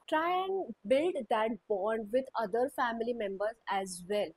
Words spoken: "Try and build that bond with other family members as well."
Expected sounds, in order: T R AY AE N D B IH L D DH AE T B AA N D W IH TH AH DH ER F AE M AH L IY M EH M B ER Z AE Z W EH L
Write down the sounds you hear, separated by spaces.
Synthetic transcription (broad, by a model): T R AY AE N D B IH L D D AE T B AA N D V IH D AH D ER F AE M AH L IY M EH M B ER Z AE Z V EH L